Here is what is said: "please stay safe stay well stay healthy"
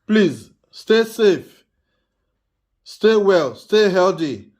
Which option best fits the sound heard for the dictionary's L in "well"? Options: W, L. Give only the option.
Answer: L